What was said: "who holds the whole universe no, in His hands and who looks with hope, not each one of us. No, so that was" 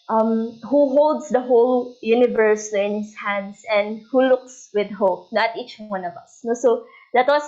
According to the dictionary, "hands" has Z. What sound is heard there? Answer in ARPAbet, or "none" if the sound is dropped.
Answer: S